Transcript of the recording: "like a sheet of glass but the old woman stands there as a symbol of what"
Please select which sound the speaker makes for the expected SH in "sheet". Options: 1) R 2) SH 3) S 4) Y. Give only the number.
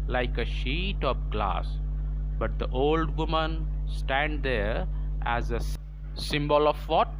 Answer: 2